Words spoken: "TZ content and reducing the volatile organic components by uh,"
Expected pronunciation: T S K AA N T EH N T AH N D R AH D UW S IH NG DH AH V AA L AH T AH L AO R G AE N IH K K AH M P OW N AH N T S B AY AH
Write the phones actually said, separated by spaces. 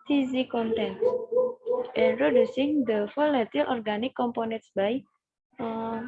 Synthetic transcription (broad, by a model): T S K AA N T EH N T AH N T R AH D UW S IH NG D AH F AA L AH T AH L AO R G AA N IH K K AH M P OW N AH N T S B AY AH